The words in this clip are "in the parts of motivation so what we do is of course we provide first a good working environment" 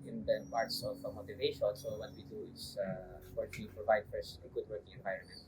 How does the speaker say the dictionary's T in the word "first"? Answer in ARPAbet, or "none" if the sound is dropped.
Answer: none